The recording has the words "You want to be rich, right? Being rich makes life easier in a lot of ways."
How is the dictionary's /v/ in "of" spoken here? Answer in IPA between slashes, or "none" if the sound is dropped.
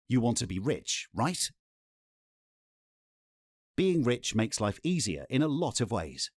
/v/